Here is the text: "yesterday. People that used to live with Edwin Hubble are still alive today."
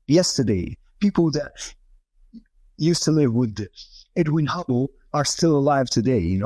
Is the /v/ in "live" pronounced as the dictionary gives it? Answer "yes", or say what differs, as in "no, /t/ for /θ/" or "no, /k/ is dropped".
yes